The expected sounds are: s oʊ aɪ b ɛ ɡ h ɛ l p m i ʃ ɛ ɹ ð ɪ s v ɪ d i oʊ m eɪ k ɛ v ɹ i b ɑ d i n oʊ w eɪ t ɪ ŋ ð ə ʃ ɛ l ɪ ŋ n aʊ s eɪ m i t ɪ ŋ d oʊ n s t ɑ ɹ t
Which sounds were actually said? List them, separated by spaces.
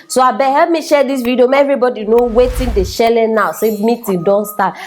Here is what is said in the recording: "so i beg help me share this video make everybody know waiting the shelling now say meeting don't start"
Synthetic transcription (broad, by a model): s oʊ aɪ b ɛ h ɛ l p m i ʃ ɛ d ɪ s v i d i oʊ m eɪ ɛ v ɹ i b ɑ d i n oʊ w eɪ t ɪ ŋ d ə ʃ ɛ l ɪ n aʊ s eɪ m i t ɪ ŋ d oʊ n s t ɑ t